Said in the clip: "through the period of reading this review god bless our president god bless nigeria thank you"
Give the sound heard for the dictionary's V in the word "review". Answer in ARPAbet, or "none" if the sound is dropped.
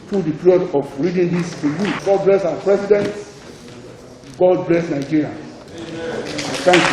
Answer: none